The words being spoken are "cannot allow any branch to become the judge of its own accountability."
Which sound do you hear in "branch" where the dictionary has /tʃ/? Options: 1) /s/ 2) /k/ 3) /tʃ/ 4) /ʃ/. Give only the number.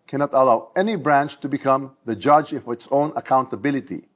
3